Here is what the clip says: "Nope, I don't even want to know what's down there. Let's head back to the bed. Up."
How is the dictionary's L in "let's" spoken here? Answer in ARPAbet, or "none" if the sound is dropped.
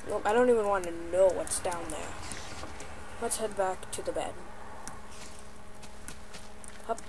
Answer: W